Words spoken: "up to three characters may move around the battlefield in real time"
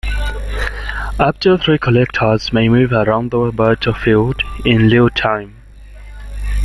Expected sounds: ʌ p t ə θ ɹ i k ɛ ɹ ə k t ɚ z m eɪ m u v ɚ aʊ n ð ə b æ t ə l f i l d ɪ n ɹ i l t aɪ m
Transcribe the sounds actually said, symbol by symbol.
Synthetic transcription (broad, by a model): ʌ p t ə θ ɹ i k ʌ l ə k t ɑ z m eɪ m u v ɚ aʊ n ð ə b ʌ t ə f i l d ɪ n l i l t aɪ m